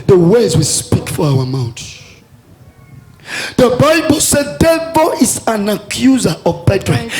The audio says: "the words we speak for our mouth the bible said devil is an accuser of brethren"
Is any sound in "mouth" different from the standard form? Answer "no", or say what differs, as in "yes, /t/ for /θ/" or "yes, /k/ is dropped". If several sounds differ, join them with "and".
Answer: yes, /t/ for /θ/